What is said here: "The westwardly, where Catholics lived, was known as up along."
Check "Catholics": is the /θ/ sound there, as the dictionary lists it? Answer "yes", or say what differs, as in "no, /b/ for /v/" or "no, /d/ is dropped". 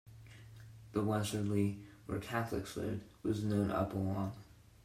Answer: yes